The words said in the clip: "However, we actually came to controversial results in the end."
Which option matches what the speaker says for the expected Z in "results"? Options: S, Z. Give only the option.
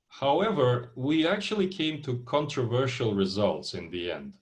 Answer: Z